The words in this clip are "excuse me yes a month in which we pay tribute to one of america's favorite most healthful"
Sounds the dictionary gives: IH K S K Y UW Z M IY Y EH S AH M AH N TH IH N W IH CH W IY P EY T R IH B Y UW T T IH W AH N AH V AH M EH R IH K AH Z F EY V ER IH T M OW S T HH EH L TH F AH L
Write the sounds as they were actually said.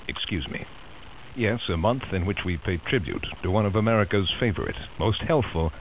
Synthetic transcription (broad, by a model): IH K S K Y UW Z M IY Y EH S AH M AH N TH IH N W IH CH W IY P EY T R IH B Y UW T T IH W AH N AH V AH M EH R IH K AH Z F EY V ER IH T M OW S T HH EH L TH F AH L